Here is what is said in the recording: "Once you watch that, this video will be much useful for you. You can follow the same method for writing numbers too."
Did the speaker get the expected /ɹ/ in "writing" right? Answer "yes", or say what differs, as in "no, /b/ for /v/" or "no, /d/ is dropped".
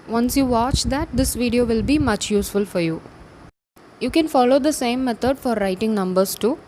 yes